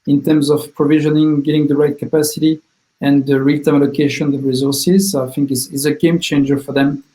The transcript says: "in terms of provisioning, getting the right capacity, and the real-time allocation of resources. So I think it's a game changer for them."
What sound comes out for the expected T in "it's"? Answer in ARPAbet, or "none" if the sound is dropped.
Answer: S